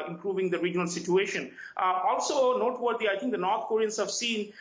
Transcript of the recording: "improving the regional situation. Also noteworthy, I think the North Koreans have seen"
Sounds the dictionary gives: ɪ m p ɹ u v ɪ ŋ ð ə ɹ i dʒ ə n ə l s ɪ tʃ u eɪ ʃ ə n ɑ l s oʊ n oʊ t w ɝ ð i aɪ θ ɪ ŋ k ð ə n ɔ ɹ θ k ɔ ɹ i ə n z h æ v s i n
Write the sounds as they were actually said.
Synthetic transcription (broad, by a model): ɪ m p ɹ u v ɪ ŋ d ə ɹ i dʒ ə n ə l s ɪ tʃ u eɪ ʃ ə n ɑ l s oʊ n oʊ t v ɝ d i aɪ t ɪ ŋ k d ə n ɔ ɹ t k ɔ ɹ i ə n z h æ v s i n